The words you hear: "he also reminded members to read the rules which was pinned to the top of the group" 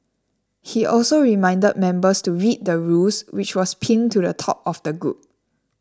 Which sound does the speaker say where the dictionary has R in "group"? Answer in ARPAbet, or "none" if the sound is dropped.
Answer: none